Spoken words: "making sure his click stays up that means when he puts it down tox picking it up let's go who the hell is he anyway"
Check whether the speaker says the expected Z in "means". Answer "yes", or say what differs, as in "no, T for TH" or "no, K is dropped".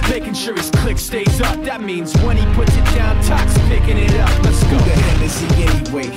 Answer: yes